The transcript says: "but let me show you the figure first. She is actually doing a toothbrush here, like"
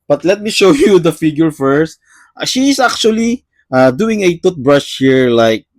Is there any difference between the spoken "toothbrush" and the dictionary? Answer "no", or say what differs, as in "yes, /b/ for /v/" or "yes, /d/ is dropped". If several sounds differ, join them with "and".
yes, /t/ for /θ/